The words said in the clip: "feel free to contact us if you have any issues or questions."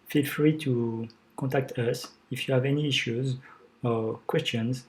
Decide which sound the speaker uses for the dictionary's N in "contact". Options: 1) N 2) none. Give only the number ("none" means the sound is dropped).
2